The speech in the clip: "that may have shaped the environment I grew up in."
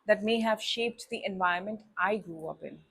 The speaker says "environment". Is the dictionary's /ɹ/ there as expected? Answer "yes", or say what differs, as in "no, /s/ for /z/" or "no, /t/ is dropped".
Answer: no, /ɹ/ is dropped